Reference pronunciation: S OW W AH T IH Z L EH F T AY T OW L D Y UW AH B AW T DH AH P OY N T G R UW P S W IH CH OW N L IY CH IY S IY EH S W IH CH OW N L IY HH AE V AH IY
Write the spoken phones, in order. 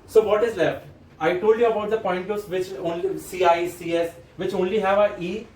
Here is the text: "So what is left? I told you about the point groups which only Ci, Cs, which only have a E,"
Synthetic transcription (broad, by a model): S OW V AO T IH Z L EH F T AY T OW L D Y UW AH B AW T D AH P OY N T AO S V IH CH OW N L IY S IY S IY EH S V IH CH OW N L IY HH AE V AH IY